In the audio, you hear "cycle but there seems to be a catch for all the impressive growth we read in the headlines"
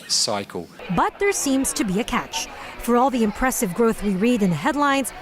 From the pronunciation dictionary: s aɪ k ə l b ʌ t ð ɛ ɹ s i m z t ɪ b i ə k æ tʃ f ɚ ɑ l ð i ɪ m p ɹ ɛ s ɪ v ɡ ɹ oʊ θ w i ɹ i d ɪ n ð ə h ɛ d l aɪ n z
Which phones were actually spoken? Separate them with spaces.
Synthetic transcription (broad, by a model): s aɪ k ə l b ʌ t ð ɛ ɹ s i m z t ɪ b i ə k æ tʃ f ɚ ɑ l ð i ɪ m p ɹ ɛ s ɪ v ɡ ɹ oʊ θ w i ɹ i d ɪ n ð ə h ɛ d l aɪ n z